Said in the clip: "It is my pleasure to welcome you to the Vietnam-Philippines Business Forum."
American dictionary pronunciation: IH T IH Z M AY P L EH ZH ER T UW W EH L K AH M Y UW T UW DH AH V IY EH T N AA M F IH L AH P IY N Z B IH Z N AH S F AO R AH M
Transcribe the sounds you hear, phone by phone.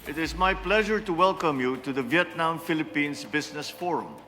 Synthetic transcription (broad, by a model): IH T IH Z M AY P L EH ZH ER T UW W EH L K AH M Y UW T UW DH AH V IY EH T N AA M F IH L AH P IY N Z B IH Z N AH S F AO R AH M